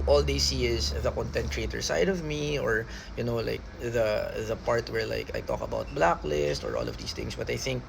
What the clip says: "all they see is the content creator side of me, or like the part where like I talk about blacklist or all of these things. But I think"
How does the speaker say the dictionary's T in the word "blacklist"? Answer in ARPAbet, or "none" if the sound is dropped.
T